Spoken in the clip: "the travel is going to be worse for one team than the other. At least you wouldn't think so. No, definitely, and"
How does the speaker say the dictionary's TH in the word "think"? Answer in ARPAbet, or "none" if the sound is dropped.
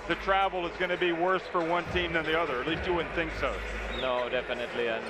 TH